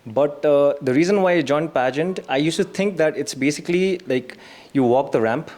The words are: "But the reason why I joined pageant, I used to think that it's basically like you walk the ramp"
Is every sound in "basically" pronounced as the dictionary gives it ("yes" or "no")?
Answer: yes